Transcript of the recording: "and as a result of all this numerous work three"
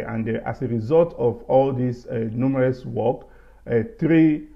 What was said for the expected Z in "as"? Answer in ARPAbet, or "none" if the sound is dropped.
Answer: S